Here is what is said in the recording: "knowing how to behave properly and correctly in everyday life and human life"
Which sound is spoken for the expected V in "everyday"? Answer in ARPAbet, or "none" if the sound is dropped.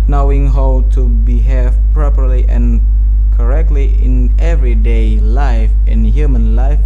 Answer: V